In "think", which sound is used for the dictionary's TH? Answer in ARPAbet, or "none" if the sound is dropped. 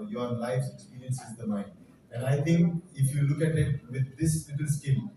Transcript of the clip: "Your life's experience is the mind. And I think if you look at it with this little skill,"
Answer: T